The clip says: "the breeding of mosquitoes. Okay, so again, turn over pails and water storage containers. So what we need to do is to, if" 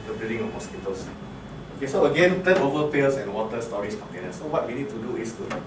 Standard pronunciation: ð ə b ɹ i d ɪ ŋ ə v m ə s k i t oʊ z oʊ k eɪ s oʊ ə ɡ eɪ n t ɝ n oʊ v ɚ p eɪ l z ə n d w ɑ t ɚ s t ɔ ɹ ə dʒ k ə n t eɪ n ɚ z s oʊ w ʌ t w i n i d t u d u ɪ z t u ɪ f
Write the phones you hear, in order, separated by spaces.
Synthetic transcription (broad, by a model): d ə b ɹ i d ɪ ŋ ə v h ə s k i t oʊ s oʊ k eɪ s oʊ ə ɡ eɪ n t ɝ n oʊ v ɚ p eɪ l s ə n w ɑ t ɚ s t ɔ ɹ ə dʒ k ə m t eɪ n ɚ s oʊ w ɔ t w i n i d t u d u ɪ s t u